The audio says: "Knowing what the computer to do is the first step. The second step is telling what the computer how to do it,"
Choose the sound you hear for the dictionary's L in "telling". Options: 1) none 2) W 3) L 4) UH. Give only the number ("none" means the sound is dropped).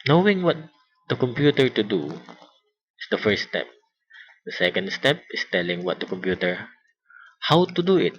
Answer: 3